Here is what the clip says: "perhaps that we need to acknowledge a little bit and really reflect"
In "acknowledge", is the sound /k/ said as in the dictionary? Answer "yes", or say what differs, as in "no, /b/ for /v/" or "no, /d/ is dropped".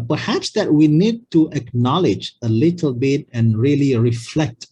yes